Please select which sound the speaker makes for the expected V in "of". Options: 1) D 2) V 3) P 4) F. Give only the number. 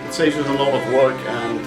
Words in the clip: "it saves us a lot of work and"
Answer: 2